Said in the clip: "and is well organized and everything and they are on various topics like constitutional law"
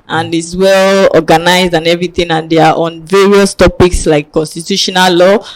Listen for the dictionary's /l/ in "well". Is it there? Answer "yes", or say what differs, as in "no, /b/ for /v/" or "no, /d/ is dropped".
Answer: yes